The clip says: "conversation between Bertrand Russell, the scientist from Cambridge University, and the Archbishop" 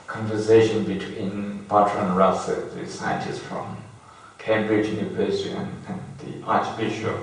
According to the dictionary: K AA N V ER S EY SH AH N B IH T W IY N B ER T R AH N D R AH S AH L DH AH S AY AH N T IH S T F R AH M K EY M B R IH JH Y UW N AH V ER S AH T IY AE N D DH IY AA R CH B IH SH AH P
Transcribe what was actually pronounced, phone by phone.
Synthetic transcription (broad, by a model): K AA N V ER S EY SH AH N B IH T W IY N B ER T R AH N R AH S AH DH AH S AY AH N T IH S T F R AH M K EY M B R IH JH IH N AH B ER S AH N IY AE N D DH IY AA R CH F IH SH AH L